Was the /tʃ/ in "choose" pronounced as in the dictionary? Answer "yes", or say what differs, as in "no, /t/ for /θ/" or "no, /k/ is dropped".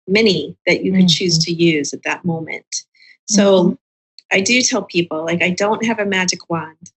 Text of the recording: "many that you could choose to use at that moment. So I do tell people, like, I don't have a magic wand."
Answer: yes